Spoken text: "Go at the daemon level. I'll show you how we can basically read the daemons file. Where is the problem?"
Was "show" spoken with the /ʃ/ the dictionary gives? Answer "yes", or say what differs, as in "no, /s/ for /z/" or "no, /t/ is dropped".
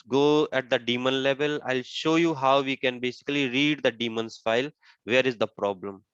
yes